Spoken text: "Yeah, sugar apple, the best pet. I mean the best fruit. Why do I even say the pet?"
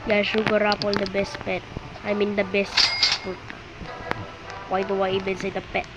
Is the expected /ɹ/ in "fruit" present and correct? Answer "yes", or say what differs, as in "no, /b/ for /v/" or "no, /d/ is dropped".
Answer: no, /ɹ/ is dropped